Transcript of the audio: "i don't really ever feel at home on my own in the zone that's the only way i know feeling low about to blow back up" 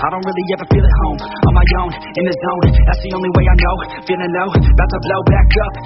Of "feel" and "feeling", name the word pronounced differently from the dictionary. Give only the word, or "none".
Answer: feeling